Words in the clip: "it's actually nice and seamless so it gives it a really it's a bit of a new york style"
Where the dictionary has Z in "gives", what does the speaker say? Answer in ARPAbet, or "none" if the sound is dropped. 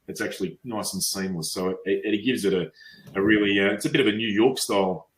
Z